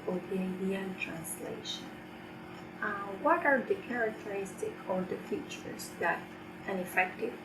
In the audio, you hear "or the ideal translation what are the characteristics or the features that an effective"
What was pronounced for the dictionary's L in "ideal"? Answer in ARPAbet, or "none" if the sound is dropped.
N